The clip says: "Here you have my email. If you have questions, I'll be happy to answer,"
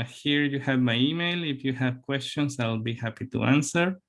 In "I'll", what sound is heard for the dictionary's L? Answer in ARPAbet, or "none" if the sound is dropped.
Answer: L